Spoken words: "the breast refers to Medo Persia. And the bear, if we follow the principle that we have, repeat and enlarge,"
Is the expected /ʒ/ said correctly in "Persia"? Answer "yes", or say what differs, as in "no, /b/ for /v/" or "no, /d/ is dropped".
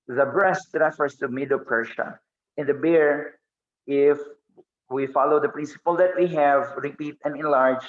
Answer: no, /ʃ/ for /ʒ/